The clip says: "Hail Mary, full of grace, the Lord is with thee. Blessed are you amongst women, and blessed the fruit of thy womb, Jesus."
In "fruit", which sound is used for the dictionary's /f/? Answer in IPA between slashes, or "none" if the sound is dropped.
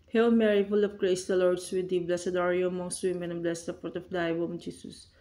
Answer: /p/